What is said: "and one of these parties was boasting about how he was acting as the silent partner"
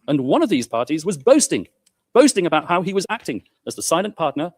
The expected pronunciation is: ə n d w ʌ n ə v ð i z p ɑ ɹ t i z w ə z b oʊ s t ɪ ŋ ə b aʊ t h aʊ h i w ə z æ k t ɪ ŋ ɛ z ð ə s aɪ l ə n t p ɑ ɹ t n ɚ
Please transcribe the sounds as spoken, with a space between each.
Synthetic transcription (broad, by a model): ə n w ʌ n ə v ð i z p ɑ ɹ t i z w ə z b oʊ s t ɪ ŋ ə b aʊ t h aʊ i w ə z æ k t ɪ ŋ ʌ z ð ə s aɪ l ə n p ɑ ɹ t n ɚ